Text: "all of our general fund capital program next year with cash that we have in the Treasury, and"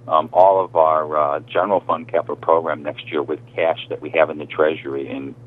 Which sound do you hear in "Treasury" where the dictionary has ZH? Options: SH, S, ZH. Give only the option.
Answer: ZH